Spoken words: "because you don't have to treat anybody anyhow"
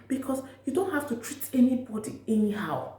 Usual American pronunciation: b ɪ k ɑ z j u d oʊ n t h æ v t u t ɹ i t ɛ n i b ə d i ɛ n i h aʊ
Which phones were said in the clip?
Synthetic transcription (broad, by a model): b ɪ k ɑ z j u d oʊ n t h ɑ f t u t ɹ i t ɛ n i b ə d i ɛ n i h aʊ